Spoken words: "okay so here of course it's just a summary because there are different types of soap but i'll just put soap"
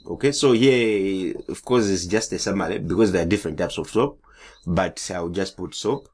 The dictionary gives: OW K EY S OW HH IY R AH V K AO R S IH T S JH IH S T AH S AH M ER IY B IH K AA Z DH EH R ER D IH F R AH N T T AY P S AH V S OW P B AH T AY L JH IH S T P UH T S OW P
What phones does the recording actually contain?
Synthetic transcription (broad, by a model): OW K EY S OW HH IY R AH V K AO R S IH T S JH IH S T AH S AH M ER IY B IH K AA Z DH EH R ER D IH F R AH N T T AY P S AH V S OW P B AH T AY W JH IH S T P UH T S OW P